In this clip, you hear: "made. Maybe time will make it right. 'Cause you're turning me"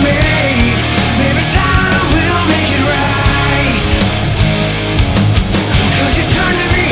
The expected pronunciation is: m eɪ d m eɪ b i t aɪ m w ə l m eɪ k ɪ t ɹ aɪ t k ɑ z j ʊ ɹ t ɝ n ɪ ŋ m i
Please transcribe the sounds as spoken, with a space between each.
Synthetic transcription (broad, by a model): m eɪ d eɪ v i t aɪ m w ə l m eɪ k ɪ t ɹ aɪ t k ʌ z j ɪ t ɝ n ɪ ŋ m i